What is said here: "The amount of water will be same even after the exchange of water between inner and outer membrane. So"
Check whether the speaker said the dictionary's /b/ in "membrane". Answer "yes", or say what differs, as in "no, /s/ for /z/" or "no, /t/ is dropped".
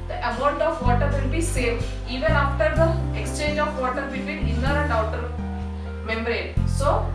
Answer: no, /b/ is dropped